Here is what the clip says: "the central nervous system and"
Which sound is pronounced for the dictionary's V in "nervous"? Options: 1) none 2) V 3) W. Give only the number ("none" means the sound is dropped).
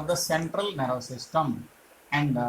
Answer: 1